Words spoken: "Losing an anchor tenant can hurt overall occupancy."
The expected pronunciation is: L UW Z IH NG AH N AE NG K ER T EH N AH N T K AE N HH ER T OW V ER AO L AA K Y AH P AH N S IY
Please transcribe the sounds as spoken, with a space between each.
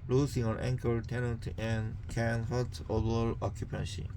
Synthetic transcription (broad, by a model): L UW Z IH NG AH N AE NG K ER T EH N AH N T K AE N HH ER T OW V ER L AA K Y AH P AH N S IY